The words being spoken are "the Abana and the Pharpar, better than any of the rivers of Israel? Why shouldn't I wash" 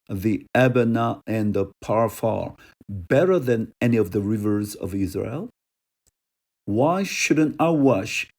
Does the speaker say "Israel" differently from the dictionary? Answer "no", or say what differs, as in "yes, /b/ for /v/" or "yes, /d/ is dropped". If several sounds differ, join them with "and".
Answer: no